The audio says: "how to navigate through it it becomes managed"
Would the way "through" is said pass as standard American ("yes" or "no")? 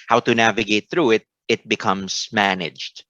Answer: yes